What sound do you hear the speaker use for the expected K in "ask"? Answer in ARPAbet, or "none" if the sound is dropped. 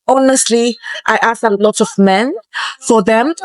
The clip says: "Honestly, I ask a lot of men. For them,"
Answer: none